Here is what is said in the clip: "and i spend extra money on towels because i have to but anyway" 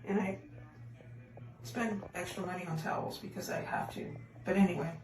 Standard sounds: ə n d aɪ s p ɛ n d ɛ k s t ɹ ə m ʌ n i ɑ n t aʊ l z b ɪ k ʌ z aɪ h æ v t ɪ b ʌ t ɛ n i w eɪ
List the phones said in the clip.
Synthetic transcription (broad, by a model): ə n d aɪ s p ɛ n d ɛ k s t ɹ ə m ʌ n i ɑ n t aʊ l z b ɪ k ʌ z aɪ h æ f t ɪ b ʌ t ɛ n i w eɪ